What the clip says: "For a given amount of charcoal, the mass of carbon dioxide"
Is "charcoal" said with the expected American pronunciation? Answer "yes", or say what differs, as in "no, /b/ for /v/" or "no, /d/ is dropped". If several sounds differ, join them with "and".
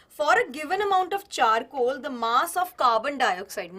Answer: yes